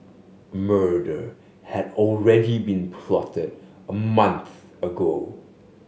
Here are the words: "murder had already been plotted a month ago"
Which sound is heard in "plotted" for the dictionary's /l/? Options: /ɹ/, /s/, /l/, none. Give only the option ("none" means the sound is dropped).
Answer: /l/